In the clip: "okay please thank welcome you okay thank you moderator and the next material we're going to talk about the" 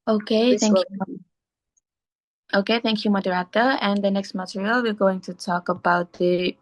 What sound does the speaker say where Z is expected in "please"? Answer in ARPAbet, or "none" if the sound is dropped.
none